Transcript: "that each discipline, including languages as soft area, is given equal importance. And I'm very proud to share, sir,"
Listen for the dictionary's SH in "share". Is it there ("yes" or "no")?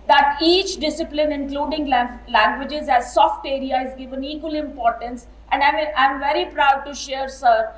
yes